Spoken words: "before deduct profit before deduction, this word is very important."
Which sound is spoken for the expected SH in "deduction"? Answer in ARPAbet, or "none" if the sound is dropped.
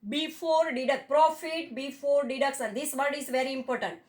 S